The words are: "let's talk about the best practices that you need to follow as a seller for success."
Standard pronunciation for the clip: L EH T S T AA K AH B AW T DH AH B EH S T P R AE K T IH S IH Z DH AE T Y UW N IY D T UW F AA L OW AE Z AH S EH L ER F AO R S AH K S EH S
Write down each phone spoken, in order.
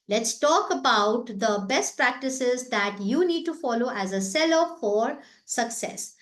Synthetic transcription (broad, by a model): L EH T S T AA K AH B AW T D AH B EH S T P R AE K T IH S IH Z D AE T Y UW N IY D T UW F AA L OW AE Z AH S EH L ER F AO R S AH K S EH S